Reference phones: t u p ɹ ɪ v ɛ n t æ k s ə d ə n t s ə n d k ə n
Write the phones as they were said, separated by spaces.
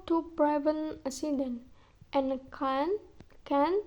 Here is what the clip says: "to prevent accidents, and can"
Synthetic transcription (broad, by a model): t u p ɹ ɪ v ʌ n ɑ s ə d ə n t ə n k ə n